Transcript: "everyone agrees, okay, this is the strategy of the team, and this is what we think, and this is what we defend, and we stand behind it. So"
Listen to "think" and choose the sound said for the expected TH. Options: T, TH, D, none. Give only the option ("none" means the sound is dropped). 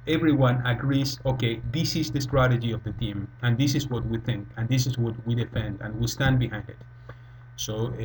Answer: TH